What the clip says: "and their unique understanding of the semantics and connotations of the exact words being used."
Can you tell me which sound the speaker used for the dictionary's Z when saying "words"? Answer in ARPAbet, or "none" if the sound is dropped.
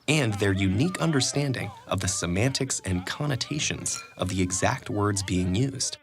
Z